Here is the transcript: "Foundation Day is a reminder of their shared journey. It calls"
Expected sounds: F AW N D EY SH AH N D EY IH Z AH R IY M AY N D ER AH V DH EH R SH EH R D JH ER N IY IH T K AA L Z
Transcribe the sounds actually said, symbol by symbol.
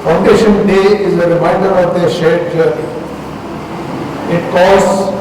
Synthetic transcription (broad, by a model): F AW N D EY SH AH N D EY IH Z AH R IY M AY D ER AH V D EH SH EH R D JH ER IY IH T K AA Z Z